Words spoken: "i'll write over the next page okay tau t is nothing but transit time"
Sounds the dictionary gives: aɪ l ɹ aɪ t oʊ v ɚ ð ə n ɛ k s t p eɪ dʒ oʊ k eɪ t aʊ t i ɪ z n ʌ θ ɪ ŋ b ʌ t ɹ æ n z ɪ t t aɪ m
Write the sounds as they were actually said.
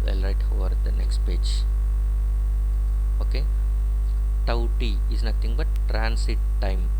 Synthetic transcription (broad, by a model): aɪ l ɹ aɪ t oʊ v ɚ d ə n ɛ k s t p eɪ dʒ oʊ k eɪ t aʊ t i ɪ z n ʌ t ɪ ŋ b ʌ t ɹ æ n s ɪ t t aɪ m